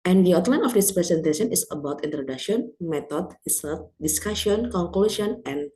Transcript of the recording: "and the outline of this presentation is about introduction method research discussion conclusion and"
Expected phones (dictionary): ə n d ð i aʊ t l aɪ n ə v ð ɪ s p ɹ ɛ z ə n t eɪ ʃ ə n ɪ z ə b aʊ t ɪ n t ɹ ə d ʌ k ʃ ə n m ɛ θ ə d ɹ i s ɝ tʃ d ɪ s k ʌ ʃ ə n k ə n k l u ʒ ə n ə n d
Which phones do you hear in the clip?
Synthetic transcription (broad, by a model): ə n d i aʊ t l aɪ n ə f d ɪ s p ɹ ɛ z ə n t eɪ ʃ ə n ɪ s ə b aʊ t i n t ɹ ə d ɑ k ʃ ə n m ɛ t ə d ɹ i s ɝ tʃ d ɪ s k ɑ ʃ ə n k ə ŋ k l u s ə n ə n